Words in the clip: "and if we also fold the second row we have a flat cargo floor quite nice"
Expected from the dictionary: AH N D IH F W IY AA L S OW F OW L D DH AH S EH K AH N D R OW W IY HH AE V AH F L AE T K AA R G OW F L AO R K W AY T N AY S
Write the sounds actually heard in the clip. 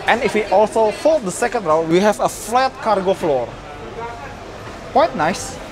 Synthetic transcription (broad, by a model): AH N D IH F W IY AA L S OW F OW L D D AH S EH K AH N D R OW W IY HH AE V AH F L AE T K AA R G OW F L AO R K W AY T N AY S